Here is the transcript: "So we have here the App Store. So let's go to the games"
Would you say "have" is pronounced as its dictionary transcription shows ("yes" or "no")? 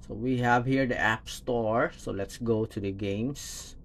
yes